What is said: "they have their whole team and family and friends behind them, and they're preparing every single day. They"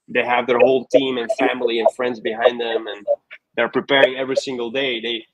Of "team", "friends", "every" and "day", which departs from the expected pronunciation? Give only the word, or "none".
none